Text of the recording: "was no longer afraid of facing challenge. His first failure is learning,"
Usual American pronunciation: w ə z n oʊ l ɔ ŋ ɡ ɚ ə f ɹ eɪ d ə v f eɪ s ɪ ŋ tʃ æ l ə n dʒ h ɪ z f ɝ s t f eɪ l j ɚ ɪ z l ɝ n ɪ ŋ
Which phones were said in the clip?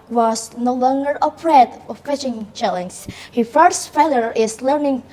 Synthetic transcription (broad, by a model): w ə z n oʊ l ɔ ŋ ɡ ɚ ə p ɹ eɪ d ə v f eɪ ʃ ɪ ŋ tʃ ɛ l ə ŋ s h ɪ f ɝ s t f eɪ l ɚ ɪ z l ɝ n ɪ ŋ